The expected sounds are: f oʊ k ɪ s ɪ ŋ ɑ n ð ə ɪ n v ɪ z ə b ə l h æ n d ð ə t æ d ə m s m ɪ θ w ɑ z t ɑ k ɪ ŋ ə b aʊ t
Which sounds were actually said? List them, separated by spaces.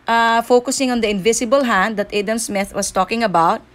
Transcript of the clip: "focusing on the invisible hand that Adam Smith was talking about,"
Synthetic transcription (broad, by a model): f oʊ k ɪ s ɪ ŋ ɑ n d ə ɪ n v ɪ s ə b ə l h æ n d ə t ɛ d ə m s m ɪ θ w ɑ s t ɑ k ɪ ŋ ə b aʊ t